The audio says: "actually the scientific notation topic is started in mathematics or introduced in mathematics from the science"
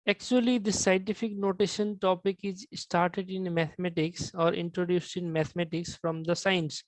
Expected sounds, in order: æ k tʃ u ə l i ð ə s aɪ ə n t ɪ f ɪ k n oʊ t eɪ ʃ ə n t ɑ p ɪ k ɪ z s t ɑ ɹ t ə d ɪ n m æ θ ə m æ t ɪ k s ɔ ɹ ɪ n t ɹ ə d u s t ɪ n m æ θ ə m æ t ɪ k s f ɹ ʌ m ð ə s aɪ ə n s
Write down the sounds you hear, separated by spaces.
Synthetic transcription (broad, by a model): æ k tʃ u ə l i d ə s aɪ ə n t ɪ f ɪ k n oʊ t eɪ ʃ ə n t ɑ p ɪ k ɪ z s t ɑ ɹ t ə d ɪ n m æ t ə m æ t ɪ k s ɔ ɹ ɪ n t ɹ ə d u s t ɪ n m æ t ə m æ t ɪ k s f ɹ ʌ m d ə s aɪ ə n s